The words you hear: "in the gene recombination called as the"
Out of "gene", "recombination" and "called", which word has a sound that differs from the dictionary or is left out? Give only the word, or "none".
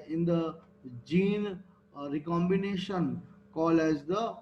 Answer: called